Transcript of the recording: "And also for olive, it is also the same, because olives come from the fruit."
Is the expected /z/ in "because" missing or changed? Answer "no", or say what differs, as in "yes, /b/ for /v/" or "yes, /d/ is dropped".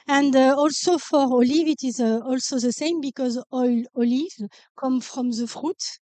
no